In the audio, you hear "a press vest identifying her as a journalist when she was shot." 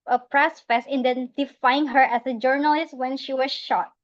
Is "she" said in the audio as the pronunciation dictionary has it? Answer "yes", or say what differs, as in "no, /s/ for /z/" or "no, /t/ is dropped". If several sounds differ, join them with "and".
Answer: yes